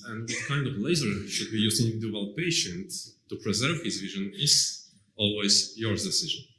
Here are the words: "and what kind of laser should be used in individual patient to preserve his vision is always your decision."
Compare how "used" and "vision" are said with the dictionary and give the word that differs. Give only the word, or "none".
used